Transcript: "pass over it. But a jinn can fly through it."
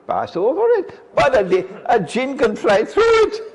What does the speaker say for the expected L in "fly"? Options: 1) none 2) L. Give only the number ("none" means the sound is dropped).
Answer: 2